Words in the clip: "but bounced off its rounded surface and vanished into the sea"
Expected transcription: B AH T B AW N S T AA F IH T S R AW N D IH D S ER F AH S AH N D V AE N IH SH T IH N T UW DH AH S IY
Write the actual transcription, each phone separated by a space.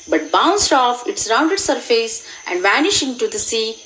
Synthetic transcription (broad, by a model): B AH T B AW N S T AA F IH T S R AW N D IH D S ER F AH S AH N D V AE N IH SH IH N T UW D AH S IY